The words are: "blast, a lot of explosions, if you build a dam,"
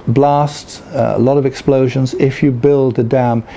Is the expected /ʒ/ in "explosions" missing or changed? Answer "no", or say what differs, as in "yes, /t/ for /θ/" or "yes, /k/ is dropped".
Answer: no